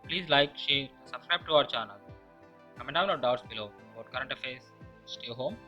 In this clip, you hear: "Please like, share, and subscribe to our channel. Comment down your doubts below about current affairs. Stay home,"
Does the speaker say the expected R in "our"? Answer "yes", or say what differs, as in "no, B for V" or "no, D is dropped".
yes